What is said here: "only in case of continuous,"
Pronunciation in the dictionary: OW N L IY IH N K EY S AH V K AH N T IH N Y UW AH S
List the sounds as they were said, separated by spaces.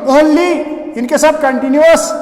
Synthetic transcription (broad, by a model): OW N L IY IH N K EY S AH B K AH N T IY N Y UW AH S